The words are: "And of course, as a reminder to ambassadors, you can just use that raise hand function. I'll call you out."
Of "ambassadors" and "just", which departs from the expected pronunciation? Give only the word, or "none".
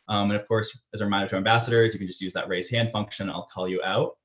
none